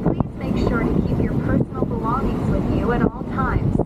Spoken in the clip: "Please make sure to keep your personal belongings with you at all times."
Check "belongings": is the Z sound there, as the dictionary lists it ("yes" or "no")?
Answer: yes